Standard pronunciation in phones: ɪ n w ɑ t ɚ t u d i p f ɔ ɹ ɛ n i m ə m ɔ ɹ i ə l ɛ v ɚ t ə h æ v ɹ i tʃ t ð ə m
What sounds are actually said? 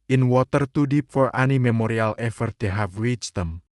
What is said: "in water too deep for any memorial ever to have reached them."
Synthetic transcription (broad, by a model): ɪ n w ɑ t ɚ t u d i p f ɔ ɹ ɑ n i m ə m ɔ ɹ i ə l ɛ f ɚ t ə h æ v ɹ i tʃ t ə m